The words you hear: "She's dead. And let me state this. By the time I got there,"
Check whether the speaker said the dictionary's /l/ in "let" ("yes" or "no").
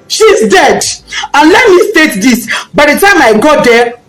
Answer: yes